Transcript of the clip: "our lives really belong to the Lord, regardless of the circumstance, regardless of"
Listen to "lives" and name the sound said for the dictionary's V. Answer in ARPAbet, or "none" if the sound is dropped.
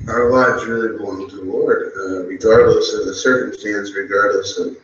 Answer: none